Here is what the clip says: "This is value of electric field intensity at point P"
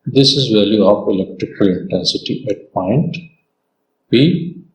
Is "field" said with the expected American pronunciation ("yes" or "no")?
no